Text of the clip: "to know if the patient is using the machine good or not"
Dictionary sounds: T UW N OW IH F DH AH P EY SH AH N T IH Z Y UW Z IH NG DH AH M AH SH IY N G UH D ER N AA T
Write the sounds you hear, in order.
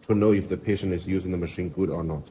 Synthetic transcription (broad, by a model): T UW N OW IH F DH AH P EY SH AH N T IH Z Y UW Z IH NG DH AH M AH SH IY N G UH D ER N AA T